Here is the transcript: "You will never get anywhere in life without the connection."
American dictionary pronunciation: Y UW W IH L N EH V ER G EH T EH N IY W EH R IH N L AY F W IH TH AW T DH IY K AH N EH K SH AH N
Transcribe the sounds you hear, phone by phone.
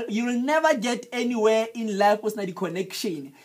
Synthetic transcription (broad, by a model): Y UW W IH L N EH V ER G EH T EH N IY W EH IH N L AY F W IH S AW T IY K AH N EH K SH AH N